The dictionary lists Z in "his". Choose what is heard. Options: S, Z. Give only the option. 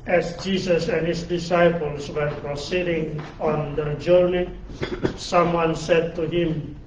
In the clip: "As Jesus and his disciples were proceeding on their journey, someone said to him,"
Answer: S